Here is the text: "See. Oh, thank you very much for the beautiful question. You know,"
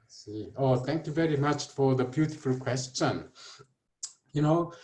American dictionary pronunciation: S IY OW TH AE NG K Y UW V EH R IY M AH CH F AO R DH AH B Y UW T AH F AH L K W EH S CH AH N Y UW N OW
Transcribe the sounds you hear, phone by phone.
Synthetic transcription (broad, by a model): S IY OW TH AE NG K Y UW V EH R IY M AH CH F AO R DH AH B Y UW T AH F AH L K W EH S CH AH N Y UW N OW